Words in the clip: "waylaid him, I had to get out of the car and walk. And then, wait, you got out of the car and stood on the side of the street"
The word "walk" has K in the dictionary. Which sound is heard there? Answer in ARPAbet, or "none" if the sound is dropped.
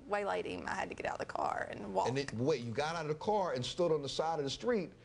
none